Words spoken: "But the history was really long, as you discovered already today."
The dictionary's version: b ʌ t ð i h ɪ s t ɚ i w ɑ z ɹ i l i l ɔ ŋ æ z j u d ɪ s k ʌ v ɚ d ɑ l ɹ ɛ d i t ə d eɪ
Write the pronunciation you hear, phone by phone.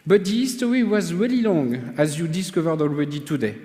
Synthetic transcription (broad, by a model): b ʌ t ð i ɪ s t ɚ i w ɑ z ɹ i l i l ɔ ŋ æ z j u d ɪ s k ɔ v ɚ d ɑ l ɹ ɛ d i t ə d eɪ